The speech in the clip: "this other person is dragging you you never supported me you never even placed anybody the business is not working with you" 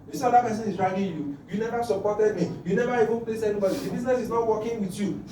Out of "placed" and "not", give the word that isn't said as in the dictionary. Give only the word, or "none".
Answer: placed